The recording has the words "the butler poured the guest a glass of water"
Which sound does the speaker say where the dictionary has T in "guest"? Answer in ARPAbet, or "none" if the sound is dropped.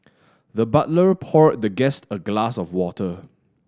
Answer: T